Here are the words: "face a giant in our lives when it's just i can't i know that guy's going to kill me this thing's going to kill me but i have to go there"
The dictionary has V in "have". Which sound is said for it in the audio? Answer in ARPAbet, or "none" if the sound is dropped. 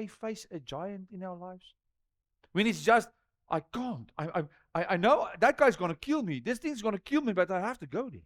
F